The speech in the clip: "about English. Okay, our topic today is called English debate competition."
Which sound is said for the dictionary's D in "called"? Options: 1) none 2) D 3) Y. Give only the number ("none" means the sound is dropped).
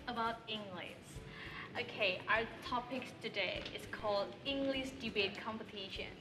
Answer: 2